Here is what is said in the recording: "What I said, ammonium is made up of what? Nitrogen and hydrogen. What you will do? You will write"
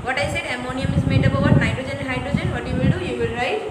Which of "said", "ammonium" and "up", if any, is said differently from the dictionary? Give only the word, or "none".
up